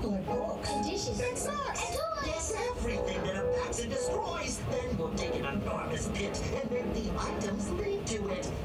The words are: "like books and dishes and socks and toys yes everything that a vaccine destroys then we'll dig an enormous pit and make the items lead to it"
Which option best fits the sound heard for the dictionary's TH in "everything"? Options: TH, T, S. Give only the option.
TH